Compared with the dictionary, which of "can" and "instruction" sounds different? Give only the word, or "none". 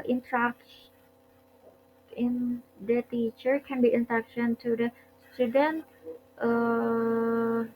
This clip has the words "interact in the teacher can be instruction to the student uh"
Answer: instruction